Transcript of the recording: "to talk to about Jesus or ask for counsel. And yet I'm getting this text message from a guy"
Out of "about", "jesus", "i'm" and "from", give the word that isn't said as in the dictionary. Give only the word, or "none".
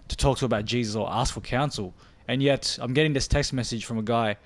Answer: none